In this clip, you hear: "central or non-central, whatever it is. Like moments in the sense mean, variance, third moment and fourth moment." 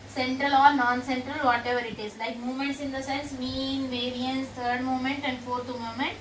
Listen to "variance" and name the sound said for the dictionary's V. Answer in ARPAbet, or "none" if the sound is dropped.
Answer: V